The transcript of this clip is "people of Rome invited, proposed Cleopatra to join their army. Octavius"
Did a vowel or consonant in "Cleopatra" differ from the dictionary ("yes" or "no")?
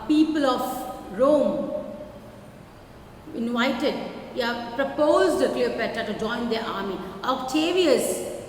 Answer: yes